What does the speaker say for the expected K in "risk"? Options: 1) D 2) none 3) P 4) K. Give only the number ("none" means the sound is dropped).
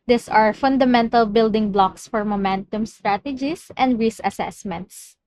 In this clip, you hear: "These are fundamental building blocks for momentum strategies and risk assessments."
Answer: 2